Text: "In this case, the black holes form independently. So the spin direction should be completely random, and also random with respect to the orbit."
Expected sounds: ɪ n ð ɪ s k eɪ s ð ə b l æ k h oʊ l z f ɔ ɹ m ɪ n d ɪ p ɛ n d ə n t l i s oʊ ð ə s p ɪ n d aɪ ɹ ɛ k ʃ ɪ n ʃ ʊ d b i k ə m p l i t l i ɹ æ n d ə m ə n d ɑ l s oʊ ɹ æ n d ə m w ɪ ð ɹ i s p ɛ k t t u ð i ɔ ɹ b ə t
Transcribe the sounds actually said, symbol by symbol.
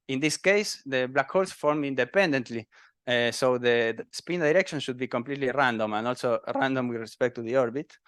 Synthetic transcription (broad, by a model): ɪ n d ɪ s k eɪ s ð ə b l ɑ k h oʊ l s f ɔ ɹ m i n d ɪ p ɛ n d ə n t l i s oʊ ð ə s p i n d aɪ ɹ ɛ k ʃ ɪ n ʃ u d b i k ə m p l i t l i ɹ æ n d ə m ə n ɑ l s oʊ ɹ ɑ n d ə m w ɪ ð ɹ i s p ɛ k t t u ð i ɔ ɹ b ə t